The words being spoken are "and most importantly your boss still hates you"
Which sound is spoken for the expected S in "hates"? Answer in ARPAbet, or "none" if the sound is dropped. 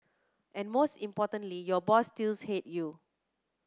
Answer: none